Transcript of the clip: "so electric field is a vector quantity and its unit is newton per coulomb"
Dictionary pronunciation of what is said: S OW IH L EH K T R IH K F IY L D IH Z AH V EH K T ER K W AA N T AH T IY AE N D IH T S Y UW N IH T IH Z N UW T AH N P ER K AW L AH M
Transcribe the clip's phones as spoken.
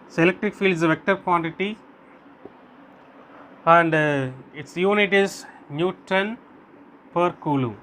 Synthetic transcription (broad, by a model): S IH L EH K T R IH K F IY L D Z AH V EH K T ER K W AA N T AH T IY AE N D IH T S Y UW N IH T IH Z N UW T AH N P ER K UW L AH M